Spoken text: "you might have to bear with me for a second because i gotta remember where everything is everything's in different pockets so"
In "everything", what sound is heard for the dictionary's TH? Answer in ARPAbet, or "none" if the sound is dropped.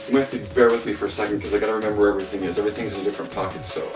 TH